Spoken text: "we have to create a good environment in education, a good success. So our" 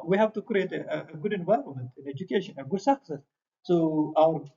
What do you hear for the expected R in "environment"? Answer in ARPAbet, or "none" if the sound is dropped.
L